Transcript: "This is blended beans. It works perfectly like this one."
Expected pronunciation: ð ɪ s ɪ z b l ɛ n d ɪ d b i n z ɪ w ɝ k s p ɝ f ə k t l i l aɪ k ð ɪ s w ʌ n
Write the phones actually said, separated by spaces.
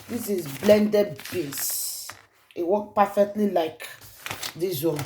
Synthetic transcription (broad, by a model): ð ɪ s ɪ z b l ɛ n d ɪ d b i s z ɪ w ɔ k p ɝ f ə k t l i l aɪ k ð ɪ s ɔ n